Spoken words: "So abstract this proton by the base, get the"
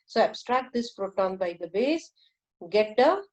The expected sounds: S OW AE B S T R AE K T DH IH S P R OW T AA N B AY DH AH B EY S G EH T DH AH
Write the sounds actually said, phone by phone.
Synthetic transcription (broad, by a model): S OW AE B S T R AE K T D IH S P R OW T AA N B AY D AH B EY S G EH T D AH